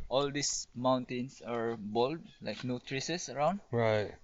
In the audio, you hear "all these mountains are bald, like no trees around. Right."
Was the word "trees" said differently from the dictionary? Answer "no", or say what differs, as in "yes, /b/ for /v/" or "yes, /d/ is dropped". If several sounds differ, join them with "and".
yes, /s/ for /z/